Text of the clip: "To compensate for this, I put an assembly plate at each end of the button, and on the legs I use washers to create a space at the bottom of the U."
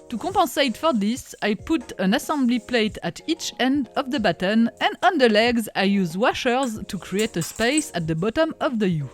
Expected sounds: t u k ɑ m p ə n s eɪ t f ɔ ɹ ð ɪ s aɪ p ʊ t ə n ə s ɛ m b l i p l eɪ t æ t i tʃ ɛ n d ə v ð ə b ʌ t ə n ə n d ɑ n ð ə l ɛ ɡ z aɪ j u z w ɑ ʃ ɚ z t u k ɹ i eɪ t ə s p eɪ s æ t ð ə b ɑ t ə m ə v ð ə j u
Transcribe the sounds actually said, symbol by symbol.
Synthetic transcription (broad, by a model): t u k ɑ p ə s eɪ t f ɔ ɹ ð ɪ s aɪ p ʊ t ə n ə s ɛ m b l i p l eɪ t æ t i tʃ ɛ n d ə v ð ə b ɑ t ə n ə n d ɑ n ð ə l ɛ ɡ z aɪ j u z w ɑ ʃ ɚ z t u k ɹ i eɪ t ə s p eɪ s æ t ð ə b ɑ t ə m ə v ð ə j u